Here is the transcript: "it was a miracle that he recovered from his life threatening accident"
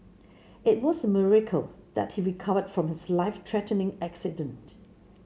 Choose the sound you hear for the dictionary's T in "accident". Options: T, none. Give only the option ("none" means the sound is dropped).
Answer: T